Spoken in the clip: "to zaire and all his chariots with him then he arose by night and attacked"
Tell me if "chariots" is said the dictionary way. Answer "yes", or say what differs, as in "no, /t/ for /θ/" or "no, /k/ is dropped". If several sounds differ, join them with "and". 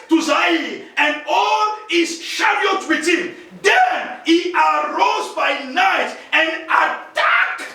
no, /ʃ/ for /tʃ/ and /s/ is dropped